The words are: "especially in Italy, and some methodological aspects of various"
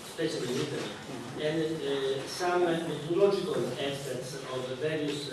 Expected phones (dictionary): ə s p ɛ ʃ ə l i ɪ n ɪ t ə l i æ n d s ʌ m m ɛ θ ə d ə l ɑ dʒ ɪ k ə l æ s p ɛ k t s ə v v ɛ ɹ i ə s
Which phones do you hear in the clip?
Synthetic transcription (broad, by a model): s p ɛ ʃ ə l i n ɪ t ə i n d s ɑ m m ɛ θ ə l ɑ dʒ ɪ k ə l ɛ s ɛ t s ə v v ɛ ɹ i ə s